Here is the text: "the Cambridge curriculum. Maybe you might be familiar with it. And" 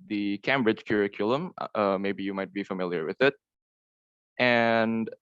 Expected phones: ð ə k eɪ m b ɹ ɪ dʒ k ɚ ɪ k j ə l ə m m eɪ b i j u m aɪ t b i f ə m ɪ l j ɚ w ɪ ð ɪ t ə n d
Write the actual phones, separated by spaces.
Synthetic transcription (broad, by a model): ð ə k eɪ m b ɹ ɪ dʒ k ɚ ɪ k j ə l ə m m eɪ b i j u m aɪ t b i f ə m ɪ l j ɚ w ɪ ð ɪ t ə n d